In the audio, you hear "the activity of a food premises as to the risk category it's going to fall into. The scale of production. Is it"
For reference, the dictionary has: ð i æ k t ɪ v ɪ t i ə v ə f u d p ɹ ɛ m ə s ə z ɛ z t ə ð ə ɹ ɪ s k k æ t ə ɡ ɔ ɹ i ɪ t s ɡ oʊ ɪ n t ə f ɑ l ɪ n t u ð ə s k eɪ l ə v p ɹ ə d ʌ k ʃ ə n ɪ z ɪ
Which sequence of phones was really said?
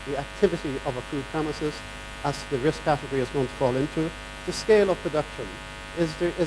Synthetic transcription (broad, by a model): ð i æ k t ɪ v ɪ t i ə v ə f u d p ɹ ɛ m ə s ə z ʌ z ð ə ɹ ɪ s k k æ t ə ɡ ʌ ɹ i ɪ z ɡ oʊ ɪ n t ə f ɑ l ɪ n t u ð ə s k eɪ l ə v p ɹ ə d ʌ k ʃ ə n ɪ z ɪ